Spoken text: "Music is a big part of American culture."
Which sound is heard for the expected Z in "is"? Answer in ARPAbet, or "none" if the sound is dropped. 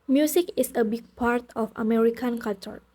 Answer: S